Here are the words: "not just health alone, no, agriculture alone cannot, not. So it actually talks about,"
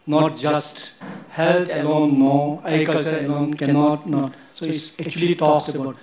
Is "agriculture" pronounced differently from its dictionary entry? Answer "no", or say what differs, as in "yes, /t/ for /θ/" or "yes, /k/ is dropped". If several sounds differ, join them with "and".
yes, /k/ is dropped